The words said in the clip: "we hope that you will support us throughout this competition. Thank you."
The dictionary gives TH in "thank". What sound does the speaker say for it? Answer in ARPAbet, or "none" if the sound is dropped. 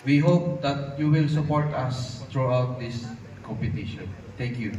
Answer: T